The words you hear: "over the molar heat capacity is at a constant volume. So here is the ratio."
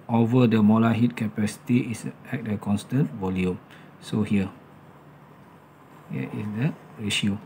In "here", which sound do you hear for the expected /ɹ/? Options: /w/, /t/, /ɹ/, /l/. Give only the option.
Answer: /w/